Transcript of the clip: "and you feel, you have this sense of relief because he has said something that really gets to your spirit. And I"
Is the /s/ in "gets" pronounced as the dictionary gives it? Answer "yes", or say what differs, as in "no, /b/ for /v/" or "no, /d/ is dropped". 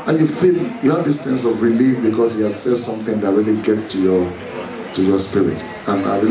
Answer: yes